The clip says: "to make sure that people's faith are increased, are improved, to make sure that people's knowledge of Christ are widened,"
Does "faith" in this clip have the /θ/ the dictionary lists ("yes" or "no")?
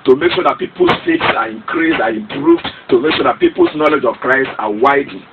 no